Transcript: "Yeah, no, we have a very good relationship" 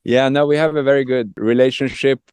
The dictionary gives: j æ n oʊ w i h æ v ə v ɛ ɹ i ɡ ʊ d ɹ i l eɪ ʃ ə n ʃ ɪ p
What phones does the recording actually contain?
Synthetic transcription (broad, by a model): j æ n oʊ w i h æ v ə v ɛ ɹ i ɡ ʊ d ɹ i l eɪ ʃ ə n ʃ ɪ p